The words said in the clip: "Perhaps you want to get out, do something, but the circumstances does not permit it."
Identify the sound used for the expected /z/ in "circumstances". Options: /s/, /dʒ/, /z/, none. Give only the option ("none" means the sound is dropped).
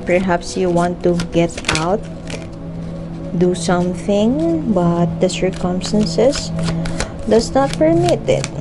/s/